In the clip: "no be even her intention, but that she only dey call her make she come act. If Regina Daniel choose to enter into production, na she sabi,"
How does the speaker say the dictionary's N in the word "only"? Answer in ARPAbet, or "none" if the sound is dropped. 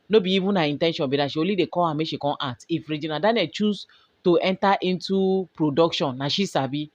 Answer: none